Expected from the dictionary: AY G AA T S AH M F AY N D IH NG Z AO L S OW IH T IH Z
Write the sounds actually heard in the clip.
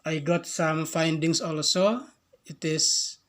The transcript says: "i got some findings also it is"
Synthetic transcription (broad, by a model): AY G AA T S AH M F AY N D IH NG S AO L S OW IH T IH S